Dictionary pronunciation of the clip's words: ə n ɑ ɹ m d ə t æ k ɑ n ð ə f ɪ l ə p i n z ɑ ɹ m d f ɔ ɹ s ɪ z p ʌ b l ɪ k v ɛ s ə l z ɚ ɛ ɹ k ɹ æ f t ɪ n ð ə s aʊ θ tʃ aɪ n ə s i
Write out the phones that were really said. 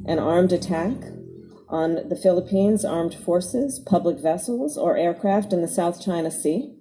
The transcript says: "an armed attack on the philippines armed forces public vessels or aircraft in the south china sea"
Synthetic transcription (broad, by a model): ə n ɑ ɹ m d ə t æ k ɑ n ð ə f ɪ l ə p i n z ɑ ɹ m d f ɔ ɹ s ɪ z p ʌ b l ɪ k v ɛ s l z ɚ ɛ ɹ k ɹ æ f t ɪ n ð ə s aʊ θ tʃ aɪ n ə s i